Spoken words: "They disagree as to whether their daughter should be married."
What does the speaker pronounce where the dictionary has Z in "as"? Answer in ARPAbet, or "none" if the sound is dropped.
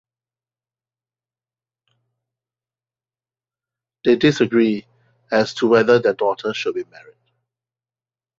S